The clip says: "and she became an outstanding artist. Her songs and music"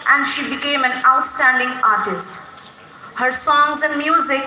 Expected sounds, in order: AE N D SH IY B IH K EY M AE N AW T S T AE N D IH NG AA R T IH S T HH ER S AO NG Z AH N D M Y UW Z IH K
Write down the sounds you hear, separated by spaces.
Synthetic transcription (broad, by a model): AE N D SH IY B IH K EY M AE N AW T S T AE N D IH NG AA R T IH S T HH ER S AO NG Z AH N D M Y UW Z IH K